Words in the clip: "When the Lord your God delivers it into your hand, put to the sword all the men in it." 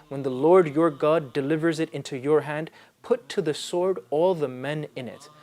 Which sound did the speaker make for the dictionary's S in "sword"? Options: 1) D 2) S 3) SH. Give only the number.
2